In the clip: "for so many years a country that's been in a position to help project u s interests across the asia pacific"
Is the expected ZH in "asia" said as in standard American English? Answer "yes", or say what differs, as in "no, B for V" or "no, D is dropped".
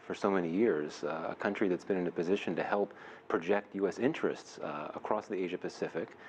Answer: yes